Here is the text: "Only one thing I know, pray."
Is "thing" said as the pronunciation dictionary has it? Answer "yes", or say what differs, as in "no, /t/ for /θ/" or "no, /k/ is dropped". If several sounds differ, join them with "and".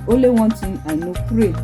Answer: no, /t/ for /θ/